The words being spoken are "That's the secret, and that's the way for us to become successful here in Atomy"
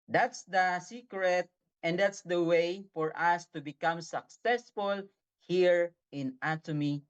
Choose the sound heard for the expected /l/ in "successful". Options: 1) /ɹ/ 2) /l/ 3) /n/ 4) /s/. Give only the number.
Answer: 2